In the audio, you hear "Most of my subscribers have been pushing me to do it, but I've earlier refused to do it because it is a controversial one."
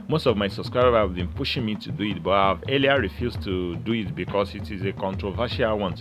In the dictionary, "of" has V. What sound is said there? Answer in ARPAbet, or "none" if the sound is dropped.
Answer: V